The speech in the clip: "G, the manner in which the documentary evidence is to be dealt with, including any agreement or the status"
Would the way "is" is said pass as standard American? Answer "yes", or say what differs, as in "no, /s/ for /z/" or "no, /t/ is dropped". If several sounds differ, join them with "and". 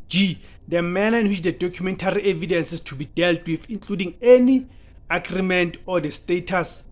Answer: no, /s/ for /z/